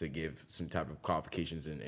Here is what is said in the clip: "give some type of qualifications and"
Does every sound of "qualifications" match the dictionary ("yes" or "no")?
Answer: yes